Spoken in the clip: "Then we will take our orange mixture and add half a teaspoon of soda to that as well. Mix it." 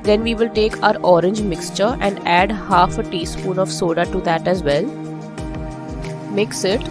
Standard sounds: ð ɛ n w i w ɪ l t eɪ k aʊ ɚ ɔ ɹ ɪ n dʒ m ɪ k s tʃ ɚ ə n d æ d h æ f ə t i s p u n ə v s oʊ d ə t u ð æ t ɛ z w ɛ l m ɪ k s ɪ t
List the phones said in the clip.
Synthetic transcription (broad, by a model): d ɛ n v i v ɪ l t eɪ k aʊ ɚ ɔ ɹ ɪ n dʒ m ɪ k s tʃ ɚ ə n d æ d h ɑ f ə t i s p u n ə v s oʊ d ə t u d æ t ɛ z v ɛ l m ɪ k s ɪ t